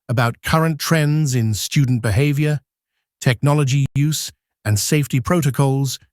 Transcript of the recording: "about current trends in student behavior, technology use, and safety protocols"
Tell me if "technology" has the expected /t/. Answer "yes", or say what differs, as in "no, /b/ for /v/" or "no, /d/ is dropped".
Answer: yes